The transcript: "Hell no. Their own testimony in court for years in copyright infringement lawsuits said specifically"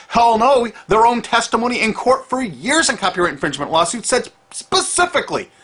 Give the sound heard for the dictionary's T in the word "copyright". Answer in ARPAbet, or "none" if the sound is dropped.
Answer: none